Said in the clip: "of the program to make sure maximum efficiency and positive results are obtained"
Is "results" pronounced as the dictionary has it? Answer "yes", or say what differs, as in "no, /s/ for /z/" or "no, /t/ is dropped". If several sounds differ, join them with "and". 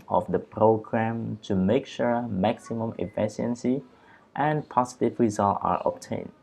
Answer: no, /s/ is dropped